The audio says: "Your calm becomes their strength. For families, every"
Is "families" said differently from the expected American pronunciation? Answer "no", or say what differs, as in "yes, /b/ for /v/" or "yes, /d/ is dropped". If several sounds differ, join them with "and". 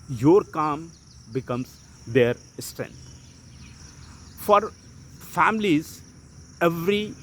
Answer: no